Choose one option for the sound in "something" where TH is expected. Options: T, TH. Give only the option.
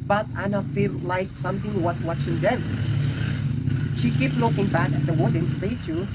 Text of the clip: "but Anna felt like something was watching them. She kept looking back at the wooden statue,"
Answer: T